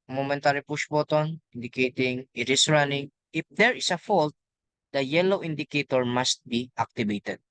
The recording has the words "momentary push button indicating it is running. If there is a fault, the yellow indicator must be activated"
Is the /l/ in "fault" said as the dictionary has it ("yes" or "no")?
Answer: yes